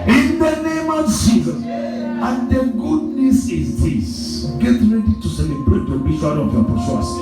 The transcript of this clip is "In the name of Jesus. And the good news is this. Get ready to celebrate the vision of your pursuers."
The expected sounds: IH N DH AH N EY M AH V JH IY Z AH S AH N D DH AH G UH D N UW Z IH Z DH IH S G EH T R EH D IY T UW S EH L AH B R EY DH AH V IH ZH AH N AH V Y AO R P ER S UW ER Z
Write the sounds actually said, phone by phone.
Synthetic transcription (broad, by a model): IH N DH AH N EY M AH V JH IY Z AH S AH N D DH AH G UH D N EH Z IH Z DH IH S G EH T R EH D IY T UW S EH L AH B R EY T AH B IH SH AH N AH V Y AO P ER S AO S